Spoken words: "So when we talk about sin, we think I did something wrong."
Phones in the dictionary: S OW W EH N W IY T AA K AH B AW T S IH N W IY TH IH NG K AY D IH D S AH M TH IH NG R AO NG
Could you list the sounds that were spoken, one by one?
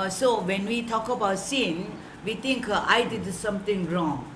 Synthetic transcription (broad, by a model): S OW W EH N W IY T AA K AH B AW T S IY N W IY T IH NG K AY D IH D S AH M T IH NG R AO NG